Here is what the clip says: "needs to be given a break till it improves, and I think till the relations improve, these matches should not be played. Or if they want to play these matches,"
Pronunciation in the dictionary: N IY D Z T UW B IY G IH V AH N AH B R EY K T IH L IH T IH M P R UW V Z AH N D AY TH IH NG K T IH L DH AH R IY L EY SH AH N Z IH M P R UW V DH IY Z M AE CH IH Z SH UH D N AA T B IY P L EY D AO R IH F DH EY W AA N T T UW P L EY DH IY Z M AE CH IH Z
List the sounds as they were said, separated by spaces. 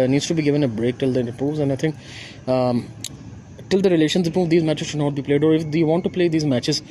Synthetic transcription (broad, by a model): N IY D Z T UW B IY G IH V AH N AH B R EY K T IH L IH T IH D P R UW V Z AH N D AY T IH NG K T IH L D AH R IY L EY SH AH N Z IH P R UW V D IY Z M AE CH IH Z SH UH D N AA T B IY P L EY D AO R IH F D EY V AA N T T UW P L EY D IY Z M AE CH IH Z